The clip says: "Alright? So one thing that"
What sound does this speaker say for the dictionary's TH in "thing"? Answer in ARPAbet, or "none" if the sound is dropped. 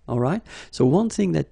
TH